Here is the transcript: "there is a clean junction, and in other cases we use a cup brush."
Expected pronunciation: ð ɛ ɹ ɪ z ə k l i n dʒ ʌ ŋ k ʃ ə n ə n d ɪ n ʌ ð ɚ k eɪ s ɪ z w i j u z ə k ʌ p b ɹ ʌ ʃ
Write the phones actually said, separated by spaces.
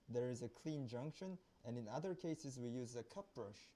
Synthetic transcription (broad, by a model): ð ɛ ɹ ɪ z ə k l i n dʒ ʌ ŋ k ʃ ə n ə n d ɪ n ʌ ð ɚ k eɪ s ɪ z w i j u z ə k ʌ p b ɹ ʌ ʃ